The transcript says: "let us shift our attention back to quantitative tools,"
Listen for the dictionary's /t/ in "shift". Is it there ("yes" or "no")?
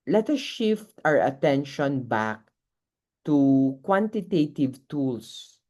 yes